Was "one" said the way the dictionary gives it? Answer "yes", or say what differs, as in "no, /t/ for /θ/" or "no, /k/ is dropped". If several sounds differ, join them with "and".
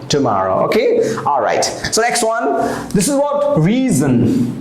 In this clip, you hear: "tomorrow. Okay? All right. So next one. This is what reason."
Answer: yes